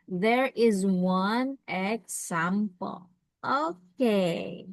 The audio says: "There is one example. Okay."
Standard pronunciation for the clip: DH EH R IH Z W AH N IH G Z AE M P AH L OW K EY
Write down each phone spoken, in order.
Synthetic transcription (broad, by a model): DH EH R IH Z W AH N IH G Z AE M P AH L OW K EY